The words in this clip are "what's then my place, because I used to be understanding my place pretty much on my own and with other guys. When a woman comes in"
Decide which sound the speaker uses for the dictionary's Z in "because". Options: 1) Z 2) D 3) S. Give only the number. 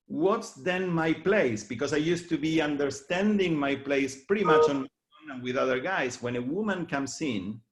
3